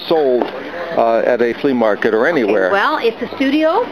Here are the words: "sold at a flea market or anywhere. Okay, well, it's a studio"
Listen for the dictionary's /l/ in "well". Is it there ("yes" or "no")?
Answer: yes